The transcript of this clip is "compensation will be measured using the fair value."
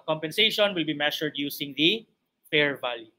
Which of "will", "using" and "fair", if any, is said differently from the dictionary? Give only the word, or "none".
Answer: using